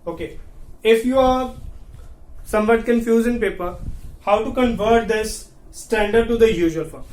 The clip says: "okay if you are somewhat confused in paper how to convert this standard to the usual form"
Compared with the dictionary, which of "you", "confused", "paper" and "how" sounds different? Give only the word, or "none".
confused